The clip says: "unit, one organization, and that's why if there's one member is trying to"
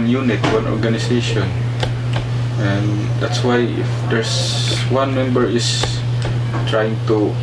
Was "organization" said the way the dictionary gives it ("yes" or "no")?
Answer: no